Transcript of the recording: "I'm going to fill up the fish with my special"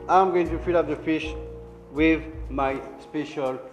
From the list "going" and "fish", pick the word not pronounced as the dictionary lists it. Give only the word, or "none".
none